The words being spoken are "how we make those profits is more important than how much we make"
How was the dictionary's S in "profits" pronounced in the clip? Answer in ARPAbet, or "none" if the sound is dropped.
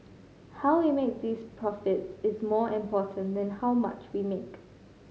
S